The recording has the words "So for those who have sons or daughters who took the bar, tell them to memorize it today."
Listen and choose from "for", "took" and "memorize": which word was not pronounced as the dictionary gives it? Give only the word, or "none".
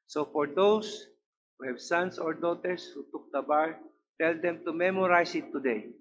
memorize